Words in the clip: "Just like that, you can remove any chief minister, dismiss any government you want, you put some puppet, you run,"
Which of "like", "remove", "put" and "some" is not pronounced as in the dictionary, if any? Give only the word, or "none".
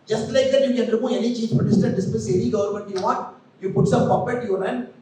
remove